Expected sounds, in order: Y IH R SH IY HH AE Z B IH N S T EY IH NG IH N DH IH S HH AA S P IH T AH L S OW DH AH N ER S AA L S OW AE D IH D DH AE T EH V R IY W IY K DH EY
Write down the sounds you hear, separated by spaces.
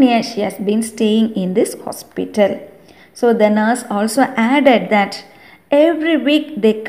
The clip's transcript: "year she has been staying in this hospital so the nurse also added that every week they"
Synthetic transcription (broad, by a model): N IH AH SH IY HH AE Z B IH N S T EY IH NG IH N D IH S HH AA S P IH T AH L S OW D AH N ER S AA L S OW AE D IH D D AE T EH V R IY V IY K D EY